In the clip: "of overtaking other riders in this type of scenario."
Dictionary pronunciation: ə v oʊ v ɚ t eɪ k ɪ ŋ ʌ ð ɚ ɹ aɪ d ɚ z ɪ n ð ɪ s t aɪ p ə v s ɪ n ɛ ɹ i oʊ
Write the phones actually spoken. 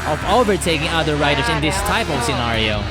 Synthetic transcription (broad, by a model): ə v oʊ v ɚ t eɪ k ɪ ŋ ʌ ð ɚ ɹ aɪ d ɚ s ɪ n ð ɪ s t aɪ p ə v s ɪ n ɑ ɹ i oʊ